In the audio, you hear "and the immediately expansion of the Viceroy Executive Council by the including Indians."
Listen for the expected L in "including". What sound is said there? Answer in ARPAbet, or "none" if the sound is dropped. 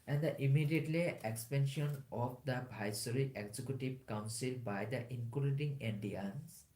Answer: none